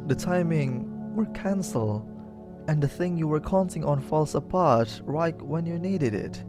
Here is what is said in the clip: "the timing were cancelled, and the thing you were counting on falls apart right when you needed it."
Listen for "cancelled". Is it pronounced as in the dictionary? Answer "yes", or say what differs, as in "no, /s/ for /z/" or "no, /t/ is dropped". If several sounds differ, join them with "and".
no, /d/ is dropped